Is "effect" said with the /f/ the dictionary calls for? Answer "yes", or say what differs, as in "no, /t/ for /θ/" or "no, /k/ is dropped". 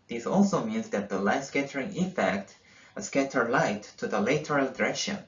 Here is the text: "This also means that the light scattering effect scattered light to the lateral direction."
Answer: yes